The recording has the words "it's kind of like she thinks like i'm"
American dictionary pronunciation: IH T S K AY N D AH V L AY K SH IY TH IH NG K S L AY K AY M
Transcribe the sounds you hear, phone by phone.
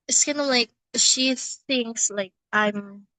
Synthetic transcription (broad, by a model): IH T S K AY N AH L AY K SH IY TH IH NG K S L AY K AY M